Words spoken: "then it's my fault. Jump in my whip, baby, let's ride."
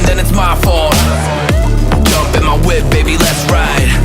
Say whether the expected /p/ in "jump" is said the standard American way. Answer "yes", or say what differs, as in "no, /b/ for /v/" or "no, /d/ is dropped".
yes